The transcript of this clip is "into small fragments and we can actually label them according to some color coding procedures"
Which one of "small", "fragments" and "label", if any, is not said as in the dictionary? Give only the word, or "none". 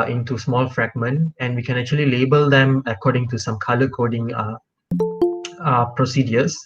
fragments